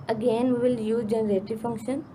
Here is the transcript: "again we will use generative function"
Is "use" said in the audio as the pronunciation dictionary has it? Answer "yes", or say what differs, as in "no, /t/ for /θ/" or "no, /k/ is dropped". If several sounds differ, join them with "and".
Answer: no, /s/ is dropped